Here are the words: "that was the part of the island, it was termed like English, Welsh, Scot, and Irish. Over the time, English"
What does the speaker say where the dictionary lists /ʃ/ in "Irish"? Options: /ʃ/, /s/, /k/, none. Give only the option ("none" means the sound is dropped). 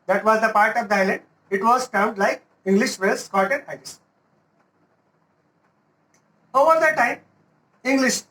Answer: /s/